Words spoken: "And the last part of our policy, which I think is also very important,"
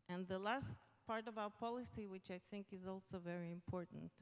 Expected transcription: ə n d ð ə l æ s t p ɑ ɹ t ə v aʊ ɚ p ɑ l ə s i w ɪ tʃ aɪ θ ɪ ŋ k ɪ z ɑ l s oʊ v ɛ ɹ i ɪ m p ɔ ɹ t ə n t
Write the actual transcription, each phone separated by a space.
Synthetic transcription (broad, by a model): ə n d ð ə l æ s t p ɑ ɹ t ə v aʊ ɚ p ɑ l ə s i w ɪ tʃ aɪ θ ɪ ŋ k ɪ z ɑ l s oʊ v ɛ ɹ i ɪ m p ɔ ɹ t n t